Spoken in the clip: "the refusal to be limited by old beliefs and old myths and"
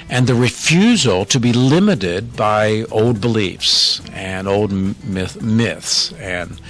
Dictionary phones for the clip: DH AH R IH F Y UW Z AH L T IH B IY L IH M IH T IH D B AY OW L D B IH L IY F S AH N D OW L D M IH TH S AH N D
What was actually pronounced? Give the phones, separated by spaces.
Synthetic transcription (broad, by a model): DH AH R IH F Y UW Z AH L T IH B IY L IH M IH T IH D B AY OW L D B IH L IY F S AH N OW L D M IH TH S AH N